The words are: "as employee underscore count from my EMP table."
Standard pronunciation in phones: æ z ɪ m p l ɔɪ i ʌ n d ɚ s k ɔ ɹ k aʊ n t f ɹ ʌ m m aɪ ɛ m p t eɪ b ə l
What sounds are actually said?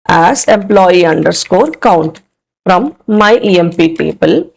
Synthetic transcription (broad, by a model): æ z ɪ m p l ɔɪ i ʌ n d ɚ s k ɔ ɹ k aʊ n t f ɹ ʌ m m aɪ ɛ m p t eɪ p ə l